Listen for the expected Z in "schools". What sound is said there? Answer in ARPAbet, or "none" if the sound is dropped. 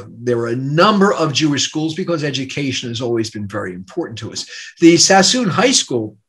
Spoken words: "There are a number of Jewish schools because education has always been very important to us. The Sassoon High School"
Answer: Z